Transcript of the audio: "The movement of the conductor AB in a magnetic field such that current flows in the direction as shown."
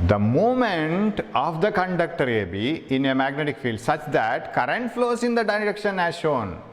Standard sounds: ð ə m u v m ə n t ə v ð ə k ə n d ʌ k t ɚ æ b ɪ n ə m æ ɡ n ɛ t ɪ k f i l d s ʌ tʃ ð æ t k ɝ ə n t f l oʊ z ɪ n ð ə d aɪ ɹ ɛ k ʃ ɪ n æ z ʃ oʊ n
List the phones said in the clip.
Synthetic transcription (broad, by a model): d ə m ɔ m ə n t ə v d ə k ə n d ʌ k t ɚ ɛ b ɪ n ə m æ ɡ n ɛ t ɪ k f i l d s ʌ tʃ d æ t k ɝ ə n t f l oʊ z ɪ n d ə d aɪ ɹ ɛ k ʃ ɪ n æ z ʃ oʊ n